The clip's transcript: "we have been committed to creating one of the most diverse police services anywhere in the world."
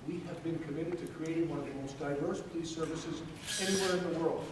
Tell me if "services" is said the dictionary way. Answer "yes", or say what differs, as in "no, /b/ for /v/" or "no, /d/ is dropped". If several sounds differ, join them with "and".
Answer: yes